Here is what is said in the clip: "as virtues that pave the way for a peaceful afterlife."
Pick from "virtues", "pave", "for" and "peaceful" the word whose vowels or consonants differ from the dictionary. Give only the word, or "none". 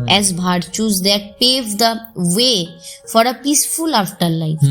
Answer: virtues